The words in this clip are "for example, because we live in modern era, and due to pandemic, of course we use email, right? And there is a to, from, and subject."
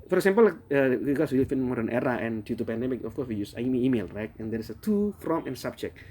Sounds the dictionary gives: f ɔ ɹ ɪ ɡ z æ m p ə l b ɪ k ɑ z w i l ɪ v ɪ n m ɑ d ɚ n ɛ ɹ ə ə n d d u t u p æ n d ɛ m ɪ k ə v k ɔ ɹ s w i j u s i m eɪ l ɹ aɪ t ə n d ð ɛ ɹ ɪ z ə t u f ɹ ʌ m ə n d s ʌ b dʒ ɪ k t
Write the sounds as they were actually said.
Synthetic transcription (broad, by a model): f ɔ ɹ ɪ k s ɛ m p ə l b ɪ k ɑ s w i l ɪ f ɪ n m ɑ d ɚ n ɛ ɹ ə ə n d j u t u p æ n d ɛ m ɪ k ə f k ɔ ɹ s w i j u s i m eɪ l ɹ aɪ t ə n d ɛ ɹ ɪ s ə t u f ɹ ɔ m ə n s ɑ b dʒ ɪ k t